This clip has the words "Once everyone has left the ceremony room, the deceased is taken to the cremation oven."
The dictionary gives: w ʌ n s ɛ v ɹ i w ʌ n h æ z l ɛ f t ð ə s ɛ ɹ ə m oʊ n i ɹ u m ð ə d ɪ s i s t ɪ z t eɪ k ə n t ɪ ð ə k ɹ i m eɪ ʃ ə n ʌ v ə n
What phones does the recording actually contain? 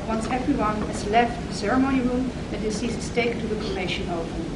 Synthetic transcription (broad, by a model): w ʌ n s ɛ v ɹ i w ʌ n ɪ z l ɛ f t ð ə s ɛ ɹ ə m oʊ n i ɹ u m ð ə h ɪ s i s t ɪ s t eɪ ə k t ɪ ð ə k i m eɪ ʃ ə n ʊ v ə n